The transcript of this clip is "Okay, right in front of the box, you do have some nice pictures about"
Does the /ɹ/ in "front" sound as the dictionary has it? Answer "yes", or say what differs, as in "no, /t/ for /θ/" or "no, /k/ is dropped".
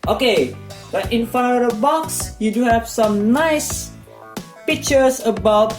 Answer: no, /ɹ/ is dropped